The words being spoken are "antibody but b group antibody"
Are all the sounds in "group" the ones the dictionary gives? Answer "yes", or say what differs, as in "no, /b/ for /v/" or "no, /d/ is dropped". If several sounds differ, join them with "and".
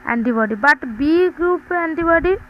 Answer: yes